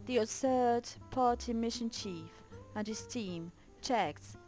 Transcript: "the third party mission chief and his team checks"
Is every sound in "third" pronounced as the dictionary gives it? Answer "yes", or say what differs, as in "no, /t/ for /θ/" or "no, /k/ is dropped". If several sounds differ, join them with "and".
no, /s/ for /θ/